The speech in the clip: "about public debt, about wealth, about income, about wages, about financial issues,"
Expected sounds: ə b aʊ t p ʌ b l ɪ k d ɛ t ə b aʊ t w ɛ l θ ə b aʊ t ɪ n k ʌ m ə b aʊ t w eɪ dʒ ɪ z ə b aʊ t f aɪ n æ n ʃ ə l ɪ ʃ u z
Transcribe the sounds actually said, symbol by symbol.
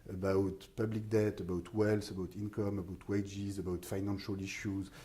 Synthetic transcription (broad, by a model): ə b aʊ t p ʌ b l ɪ k d ɛ t ə b aʊ t w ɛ l s ə b aʊ t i n k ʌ m ə b aʊ t w eɪ dʒ ɪ z ə b aʊ t f aɪ n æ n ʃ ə l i ʃ u z